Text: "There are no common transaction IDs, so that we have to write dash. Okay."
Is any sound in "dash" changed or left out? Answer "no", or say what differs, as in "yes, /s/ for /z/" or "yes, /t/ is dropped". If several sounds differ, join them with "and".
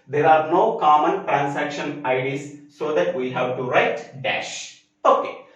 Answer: no